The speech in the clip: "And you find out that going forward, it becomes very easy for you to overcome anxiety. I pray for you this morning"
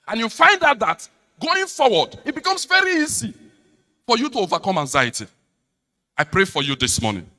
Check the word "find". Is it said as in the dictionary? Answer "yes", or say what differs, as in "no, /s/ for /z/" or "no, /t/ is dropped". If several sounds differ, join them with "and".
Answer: yes